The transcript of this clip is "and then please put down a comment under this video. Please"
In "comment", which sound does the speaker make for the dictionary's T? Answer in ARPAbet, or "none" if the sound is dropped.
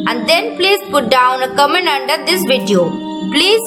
none